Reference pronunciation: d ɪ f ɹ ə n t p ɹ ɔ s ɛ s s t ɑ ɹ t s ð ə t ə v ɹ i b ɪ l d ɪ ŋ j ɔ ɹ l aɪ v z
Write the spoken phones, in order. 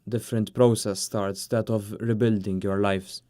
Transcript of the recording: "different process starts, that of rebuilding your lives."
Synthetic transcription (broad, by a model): d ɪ f ɹ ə n t p ɹ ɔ s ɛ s s t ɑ ɹ t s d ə t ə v ɹ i b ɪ l d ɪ ŋ j ɔ ɹ l aɪ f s